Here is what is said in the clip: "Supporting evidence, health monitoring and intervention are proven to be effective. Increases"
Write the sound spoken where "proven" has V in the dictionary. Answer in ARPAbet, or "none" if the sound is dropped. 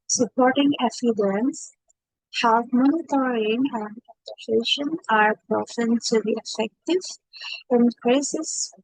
F